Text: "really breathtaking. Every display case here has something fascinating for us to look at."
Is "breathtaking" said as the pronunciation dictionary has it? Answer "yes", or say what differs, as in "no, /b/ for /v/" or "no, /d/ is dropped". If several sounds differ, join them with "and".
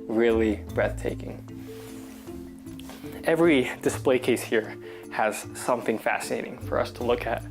yes